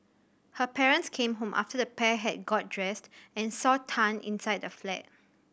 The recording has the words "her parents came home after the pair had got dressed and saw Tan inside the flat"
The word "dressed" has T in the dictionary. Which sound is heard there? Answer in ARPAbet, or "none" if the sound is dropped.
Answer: T